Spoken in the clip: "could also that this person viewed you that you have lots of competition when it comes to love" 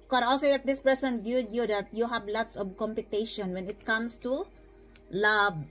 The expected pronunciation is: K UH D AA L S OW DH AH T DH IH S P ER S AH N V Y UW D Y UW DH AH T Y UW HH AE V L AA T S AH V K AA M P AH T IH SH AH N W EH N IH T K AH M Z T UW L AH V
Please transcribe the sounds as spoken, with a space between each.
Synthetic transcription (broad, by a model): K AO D AA L S OW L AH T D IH S P ER S AH N V Y UW D Y UW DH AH T Y UW HH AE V L AA T S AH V K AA M P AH T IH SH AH N W EH N IH T K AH M S T UW L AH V